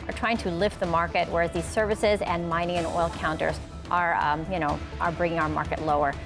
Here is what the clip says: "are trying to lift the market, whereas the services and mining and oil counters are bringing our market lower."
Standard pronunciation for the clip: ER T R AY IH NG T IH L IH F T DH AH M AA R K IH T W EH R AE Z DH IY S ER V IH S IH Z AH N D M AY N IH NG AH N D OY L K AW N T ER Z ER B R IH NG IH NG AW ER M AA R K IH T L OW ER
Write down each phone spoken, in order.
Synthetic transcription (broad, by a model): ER T R AY IH NG T IH L IH F T DH AH M AA R K IH T W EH R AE Z DH IY S ER V IH S IH Z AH N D M AY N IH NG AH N OY L K AW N T ER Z ER B R IH NG IH NG AW ER M AA R K IH T L OW ER